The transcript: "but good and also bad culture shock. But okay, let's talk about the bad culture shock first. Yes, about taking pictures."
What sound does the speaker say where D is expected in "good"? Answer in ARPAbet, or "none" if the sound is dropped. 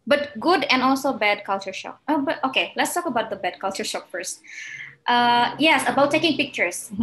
D